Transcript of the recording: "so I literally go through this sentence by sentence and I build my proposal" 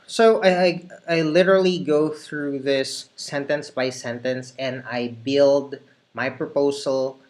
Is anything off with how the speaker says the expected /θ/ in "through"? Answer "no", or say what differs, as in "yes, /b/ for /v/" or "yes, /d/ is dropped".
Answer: no